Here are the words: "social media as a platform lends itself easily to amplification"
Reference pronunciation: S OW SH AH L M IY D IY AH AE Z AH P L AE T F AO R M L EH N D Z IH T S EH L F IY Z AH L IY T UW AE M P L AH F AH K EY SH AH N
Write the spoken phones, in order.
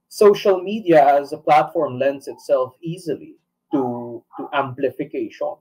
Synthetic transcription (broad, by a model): S OW SH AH L M IY D IY AH AE Z AH P L AE T F AO R M L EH N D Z IH T S EH L F IY Z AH L IY T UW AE M P L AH F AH K EY SH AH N